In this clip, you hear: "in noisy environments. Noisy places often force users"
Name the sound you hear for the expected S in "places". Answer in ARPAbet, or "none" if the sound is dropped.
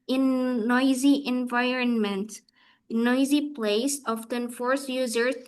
none